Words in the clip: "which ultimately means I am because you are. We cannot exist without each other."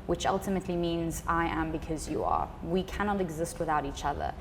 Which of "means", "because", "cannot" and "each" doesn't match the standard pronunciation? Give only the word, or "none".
none